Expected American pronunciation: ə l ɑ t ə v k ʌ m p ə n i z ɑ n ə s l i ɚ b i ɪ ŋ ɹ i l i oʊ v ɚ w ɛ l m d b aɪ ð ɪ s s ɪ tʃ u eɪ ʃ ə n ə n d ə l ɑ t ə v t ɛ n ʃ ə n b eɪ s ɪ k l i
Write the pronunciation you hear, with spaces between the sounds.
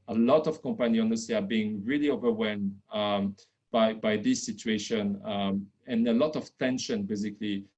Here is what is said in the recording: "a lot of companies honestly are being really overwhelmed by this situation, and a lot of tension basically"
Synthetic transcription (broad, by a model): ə l ɑ t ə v k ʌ m p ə n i ɑ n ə s i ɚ b i ɪ ŋ ɹ i l i oʊ v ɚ w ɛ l m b b aɪ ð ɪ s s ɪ tʃ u eɪ ʃ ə n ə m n ə l ɑ t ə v t ɛ n ʃ ə n b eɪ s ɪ k l i